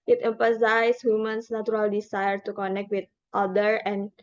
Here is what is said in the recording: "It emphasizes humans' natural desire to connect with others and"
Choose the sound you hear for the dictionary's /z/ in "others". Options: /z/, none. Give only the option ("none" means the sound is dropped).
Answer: none